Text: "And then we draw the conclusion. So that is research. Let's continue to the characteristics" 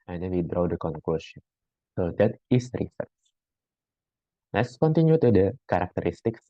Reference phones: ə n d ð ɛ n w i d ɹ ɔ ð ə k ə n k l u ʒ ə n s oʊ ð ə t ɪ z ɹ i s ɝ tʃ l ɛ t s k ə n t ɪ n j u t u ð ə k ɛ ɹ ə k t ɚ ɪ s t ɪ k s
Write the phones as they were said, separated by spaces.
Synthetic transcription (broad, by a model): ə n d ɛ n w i d ɹ ɔ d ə k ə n k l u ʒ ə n s oʊ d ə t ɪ s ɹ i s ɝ s l ɛ t s k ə n t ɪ n j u t u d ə k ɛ ɹ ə k t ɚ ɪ s t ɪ k s